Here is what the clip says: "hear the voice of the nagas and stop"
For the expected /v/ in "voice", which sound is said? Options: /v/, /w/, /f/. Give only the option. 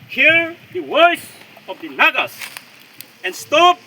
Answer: /w/